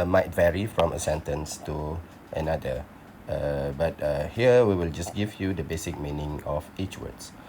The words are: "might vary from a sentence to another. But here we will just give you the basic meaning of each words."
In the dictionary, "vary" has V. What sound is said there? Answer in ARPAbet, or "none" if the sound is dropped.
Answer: V